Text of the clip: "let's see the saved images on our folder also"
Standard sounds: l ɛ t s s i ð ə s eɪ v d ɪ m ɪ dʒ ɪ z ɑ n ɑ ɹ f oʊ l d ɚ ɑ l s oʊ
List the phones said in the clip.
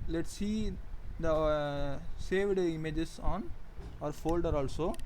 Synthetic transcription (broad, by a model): l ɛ t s s i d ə s eɪ v d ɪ m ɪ dʒ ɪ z ɑ n ɑ ɹ f oʊ l d ɚ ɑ l s oʊ